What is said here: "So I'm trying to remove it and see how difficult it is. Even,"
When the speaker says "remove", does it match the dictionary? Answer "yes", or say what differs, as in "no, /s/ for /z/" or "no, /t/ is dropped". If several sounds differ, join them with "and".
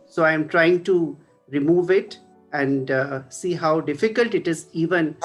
yes